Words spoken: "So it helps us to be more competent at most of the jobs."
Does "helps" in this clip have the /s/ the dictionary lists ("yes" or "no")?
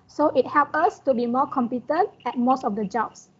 no